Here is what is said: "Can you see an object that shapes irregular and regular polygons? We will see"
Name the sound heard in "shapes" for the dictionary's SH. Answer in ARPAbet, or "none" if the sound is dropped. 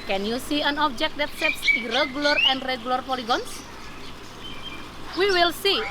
S